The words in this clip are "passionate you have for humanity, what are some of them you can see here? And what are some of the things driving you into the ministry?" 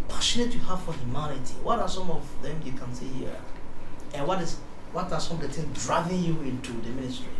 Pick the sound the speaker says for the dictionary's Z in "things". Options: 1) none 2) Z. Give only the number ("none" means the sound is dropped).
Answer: 1